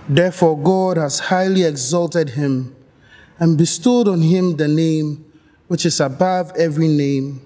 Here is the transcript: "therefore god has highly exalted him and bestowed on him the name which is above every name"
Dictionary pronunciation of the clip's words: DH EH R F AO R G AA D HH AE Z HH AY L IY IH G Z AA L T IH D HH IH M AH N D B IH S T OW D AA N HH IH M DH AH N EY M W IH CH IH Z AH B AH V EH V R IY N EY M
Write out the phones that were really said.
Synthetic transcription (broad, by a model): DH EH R F AO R G AA D HH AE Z HH AY L IY IH G Z AA L T IH D HH IH M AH N B IH S T OW D AA N HH IH M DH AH N EY M W IH CH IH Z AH B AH V EH V R IY N EY M